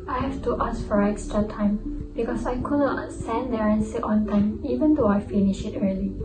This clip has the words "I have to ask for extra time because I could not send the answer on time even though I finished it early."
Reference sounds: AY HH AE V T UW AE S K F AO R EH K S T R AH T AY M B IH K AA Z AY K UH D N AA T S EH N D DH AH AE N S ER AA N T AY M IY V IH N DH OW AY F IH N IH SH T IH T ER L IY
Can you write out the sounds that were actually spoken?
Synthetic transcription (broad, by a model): AY HH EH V T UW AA S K F AO R EH K S T R AH T AY M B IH K AA S AY K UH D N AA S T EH N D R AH N S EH AA N T AY M IY V IH N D OW AY F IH N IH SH IH T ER L IY